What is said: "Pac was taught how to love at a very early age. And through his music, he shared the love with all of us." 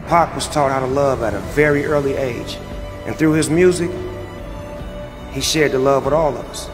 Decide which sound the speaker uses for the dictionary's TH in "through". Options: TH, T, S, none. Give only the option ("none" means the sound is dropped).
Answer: TH